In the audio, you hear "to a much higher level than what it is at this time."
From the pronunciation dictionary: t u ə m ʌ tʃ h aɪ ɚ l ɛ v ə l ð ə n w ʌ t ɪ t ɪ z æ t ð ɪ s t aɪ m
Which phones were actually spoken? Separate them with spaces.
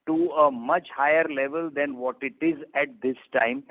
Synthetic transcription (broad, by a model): t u ə m ʌ tʃ h aɪ ɚ l ɛ v ə l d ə n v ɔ t ɪ t ɪ z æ t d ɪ s t aɪ m